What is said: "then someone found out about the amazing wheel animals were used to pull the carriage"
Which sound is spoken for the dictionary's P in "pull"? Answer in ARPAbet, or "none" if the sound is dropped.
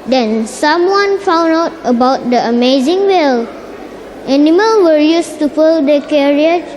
F